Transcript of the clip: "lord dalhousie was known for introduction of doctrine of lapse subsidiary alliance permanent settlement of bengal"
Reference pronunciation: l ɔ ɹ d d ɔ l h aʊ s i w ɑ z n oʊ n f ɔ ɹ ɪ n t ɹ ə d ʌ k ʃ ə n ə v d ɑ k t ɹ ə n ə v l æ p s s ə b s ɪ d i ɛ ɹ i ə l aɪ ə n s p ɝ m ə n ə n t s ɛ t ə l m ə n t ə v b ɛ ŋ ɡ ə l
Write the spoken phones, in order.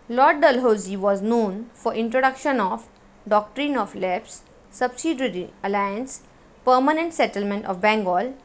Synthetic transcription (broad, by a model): l ɔ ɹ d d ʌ l h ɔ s i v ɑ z n oʊ n f ɔ ɹ ɪ n t ɹ ə d ʌ k ʃ ə n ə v d ɑ k t ɹ ə n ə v l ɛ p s s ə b s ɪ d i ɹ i ə l aɪ ə n s p ɝ m ə n ə n t s ɛ t ə l m ə n t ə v b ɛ ŋ ɡ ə l